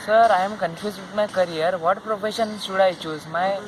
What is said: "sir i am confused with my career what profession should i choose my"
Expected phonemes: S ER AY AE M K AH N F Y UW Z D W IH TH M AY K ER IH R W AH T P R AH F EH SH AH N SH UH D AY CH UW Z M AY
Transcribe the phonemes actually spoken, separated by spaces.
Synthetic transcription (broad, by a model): S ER AY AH M K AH N F Y UW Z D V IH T M AY K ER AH R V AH T P R AH F EH SH AH N S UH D AY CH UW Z M AY